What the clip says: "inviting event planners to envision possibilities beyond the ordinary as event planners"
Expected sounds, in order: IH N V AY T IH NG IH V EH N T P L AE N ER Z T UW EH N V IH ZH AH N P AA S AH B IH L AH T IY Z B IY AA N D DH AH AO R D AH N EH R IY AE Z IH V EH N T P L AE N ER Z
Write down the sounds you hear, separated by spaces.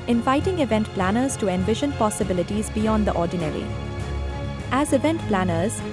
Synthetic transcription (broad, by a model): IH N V AY T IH NG IH V EH N T P L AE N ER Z T UW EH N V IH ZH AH N P AA S AH B IH L AH T IY Z B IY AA N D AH AO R D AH N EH R IY AE Z IH V EH N T P L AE N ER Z